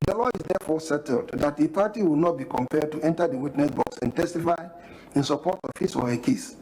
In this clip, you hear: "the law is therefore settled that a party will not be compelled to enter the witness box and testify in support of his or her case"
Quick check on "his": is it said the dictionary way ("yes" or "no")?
no